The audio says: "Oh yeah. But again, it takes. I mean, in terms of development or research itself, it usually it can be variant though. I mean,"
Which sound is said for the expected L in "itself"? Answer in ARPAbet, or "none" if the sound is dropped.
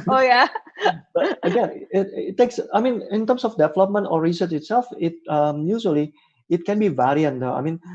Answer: L